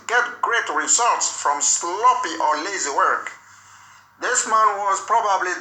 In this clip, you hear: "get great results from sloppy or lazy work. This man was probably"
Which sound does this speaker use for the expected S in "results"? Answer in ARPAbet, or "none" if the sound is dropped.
S